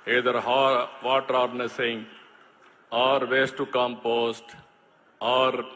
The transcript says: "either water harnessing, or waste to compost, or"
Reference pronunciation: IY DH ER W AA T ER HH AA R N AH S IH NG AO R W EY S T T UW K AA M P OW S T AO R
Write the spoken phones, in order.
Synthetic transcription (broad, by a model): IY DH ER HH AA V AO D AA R N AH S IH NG AO R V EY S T T UW K AA M P OW S T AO R